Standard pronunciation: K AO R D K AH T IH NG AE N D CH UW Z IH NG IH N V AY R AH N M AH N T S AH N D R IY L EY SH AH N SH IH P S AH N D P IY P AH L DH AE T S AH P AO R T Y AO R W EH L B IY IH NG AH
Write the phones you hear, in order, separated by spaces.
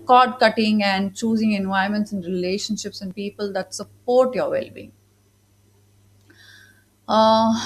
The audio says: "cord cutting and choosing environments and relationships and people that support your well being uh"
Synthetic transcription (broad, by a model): K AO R D K AH T IH NG AE N D CH UW Z IH NG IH N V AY AH M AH N T S AH N D R IY L EY SH AH N SH IH P S AH N D P IY P AH L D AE T S AH P AO R T Y AO R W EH L B IY IH NG